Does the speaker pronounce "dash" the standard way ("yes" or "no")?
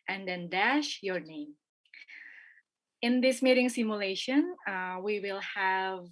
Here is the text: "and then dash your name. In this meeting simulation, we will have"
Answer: yes